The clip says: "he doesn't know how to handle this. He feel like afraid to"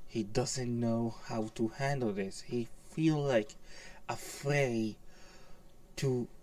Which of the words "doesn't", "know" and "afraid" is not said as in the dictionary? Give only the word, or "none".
none